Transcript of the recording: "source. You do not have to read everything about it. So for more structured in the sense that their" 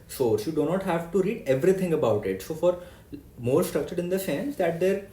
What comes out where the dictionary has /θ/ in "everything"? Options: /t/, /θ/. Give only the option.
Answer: /t/